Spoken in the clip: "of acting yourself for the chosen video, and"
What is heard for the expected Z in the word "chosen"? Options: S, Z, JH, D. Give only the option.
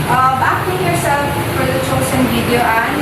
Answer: S